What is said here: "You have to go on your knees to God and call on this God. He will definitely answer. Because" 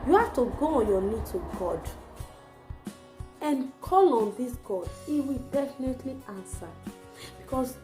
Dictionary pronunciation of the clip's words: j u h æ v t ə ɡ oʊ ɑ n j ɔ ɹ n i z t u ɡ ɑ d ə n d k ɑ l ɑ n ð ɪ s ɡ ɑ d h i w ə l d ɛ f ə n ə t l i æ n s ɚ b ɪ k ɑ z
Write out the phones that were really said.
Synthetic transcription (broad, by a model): j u h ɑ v t ə ɡ oʊ ɑ n j ɔ n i t u ɡ ɑ d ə n k ɑ l ɑ n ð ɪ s ɡ ɑ d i w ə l d ɛ f ə n ə t l i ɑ n s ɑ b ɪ k ɑ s